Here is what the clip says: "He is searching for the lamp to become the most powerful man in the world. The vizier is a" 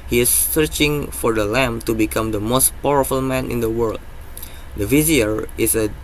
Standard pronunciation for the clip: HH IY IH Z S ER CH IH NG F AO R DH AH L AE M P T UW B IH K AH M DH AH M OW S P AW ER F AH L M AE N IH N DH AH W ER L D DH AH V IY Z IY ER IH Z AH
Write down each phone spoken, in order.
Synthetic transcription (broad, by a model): HH IY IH S ER CH IH NG F AO R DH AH L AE M T UW B IH K AH M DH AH M OW S P AW ER F AH L M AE N IH N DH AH W ER L D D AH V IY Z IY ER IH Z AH